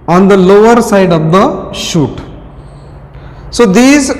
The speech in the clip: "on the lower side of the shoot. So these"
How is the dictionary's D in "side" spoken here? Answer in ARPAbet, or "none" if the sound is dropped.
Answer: D